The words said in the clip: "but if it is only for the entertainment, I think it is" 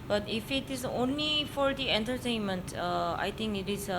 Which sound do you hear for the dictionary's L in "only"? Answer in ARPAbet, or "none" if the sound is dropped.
L